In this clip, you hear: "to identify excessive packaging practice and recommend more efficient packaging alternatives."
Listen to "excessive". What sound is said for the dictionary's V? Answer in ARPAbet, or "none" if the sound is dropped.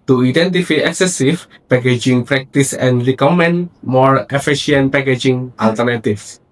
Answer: F